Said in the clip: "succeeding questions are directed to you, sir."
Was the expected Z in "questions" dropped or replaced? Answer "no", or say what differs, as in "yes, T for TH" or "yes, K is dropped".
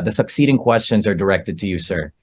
no